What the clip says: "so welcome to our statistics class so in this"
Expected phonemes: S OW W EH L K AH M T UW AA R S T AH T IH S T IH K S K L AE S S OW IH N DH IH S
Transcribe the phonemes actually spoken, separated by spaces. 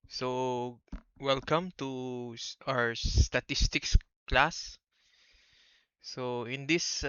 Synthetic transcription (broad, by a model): S OW W EH L K AH M T UW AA W S T AH T IH S T IH K S K L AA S S OW IH N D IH S